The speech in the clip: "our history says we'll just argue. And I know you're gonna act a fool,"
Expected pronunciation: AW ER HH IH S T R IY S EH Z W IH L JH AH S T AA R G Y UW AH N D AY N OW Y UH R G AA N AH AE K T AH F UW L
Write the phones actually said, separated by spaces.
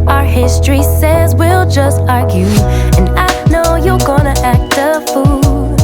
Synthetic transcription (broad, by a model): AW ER HH IH S T R IY S EH Z W IH L JH AH S T AA R G Y UW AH N AY N OW Y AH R G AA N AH AE K T AH F UW L